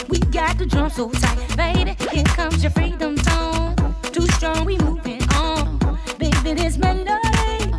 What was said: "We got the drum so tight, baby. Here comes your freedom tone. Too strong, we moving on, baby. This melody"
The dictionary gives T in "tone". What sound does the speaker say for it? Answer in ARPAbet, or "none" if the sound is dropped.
S